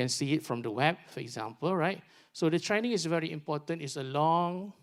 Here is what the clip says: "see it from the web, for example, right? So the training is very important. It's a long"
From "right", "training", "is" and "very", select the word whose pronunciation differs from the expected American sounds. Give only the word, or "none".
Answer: is